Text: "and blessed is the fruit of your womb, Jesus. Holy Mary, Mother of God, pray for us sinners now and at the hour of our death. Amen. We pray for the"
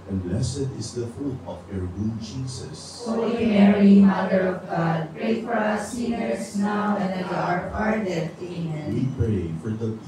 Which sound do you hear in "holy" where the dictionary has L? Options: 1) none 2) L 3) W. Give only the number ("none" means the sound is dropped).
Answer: 3